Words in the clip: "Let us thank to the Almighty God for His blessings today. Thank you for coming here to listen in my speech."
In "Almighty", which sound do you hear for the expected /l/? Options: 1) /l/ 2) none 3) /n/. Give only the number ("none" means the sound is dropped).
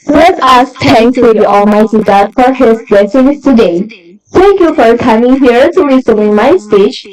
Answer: 1